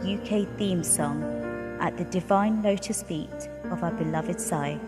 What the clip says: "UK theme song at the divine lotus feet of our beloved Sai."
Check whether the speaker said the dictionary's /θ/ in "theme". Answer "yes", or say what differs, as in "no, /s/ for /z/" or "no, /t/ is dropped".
yes